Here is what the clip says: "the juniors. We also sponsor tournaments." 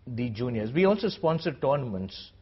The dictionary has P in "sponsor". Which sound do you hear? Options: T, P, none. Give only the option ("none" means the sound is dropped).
P